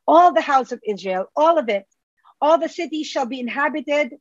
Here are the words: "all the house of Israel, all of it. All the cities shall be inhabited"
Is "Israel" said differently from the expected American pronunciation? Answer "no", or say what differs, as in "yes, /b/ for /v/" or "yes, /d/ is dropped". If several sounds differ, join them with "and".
no